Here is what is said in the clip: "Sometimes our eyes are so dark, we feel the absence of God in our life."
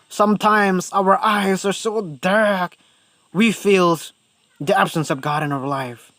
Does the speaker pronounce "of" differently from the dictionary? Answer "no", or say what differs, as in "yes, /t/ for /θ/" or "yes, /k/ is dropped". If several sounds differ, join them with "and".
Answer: no